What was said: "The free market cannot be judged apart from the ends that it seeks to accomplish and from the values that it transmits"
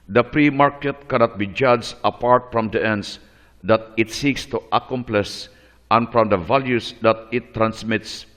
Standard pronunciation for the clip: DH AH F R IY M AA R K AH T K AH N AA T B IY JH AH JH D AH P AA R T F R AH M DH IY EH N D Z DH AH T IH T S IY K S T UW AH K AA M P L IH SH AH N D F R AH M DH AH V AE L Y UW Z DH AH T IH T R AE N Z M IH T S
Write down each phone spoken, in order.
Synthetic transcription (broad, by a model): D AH P R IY M AA R K AH T K AH N AA T B IY JH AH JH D AH P AA R T F R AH M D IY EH N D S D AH T IH T S IY K S T UW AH K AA M P L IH S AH N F R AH M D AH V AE L Y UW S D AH T IH T R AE N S M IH T S